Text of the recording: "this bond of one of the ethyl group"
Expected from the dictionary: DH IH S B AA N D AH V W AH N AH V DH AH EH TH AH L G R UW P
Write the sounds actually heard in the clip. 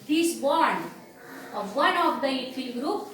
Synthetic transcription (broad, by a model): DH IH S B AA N AH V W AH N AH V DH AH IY F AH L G R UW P